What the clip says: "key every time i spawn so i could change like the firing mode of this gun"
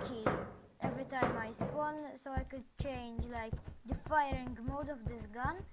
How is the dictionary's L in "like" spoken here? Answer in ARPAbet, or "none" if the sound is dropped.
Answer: L